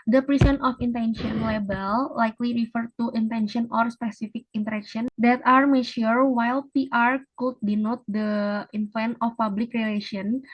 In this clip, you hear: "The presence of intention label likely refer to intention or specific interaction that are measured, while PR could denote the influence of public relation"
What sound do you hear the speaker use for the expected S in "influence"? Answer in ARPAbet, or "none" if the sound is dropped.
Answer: none